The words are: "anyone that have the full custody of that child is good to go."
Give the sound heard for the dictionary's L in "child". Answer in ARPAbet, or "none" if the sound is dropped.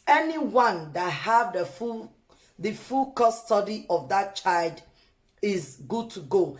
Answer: L